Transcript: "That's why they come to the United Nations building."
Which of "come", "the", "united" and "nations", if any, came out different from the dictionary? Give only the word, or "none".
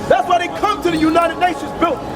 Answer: none